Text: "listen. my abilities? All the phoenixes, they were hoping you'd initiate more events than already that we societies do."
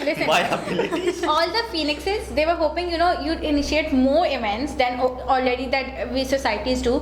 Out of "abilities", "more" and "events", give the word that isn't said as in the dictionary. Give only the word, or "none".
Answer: abilities